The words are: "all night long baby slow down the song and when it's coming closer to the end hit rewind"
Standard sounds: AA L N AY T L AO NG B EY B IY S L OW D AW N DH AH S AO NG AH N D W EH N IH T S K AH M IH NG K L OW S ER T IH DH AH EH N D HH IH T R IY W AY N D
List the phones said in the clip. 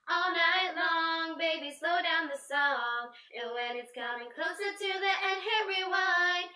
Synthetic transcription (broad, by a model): AA L N AY T L AO NG B EY B IY S L OW D AW N DH AH S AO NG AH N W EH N IH T S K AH IH NG K L OW S ER T IH DH AH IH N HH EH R IY W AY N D